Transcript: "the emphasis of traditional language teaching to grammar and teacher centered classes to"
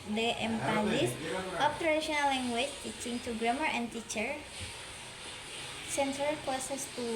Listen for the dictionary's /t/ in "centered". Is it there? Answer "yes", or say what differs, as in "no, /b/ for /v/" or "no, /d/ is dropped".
no, /s/ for /t/